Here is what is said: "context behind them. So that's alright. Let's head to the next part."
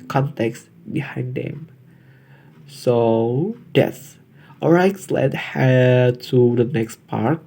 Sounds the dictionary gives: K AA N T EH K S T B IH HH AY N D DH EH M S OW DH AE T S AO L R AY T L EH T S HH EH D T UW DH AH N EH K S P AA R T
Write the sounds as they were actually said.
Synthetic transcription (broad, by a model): K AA N T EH K S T B IH HH AY N D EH M S OW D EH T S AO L R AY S L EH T HH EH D T UW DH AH N EH K S P AA R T